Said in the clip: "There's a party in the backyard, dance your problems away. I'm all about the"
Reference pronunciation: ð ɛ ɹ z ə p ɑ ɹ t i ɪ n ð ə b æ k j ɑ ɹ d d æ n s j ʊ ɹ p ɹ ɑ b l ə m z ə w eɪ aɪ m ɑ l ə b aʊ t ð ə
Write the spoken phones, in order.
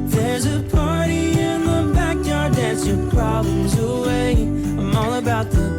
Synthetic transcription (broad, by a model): ð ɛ ɹ z ə p ɑ ɹ t i ɪ n ð ə b æ k j ɑ ɹ d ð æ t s j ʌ ɹ p ɹ ɑ b l ə m z ə w eɪ aɪ m ɑ l ə b aʊ t ð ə